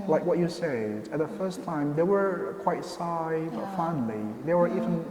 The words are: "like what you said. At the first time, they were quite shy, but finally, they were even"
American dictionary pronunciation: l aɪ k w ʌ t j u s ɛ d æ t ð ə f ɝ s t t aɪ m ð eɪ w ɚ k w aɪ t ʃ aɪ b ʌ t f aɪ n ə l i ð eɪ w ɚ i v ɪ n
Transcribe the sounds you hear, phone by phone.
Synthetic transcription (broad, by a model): l aɪ k w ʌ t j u s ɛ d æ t ð ə f ɝ s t t aɪ m ð eɪ w ɚ k w aɪ t s aɪ b ʌ t f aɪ n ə l i ð eɪ w ɚ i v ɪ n